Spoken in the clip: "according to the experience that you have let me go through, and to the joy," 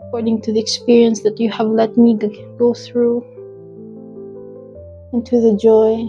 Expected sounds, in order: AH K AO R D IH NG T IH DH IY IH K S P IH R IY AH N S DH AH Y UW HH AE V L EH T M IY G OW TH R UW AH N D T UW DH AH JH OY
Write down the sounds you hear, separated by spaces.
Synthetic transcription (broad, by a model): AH K AO R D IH NG T IH DH IY IH K S P IH R IY AH N S DH AH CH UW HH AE V L EH T M IY G OW TH R UW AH N T UW DH AH JH OY